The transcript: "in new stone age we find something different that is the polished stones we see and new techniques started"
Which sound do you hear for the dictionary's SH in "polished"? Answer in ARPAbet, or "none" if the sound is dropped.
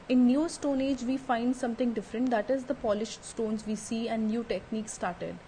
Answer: SH